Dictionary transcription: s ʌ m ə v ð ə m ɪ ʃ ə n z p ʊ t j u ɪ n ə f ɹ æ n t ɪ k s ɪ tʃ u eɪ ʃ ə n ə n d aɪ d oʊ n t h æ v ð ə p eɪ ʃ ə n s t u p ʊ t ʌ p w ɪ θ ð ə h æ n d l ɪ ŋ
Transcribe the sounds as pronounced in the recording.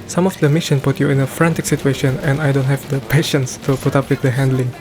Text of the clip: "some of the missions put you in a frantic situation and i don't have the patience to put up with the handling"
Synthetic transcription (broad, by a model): s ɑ m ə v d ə m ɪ ʃ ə n p ʊ t j u ɪ n ə f ɹ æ n t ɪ k s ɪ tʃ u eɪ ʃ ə n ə n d aɪ d oʊ n t h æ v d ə p eɪ ʃ ə n s t u p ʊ t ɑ p w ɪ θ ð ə h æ n d l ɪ ŋ